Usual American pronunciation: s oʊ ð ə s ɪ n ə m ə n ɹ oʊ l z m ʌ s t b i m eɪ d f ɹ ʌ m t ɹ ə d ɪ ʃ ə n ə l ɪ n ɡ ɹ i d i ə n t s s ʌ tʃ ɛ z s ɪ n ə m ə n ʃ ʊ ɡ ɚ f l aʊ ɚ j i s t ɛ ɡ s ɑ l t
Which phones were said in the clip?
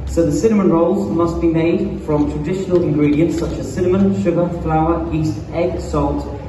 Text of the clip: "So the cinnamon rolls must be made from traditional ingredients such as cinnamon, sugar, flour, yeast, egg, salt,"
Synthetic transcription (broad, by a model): s oʊ ð ə s ɪ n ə m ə n ɹ oʊ l z m ʌ s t b i m eɪ d f ɹ ʌ m t ɹ ə d ɪ ʃ ə n ə l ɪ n ɡ ɹ i d i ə n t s s ʌ tʃ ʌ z s ɪ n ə m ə n ʃ ʊ ɡ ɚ f l aʊ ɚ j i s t ɛ ɡ s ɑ l t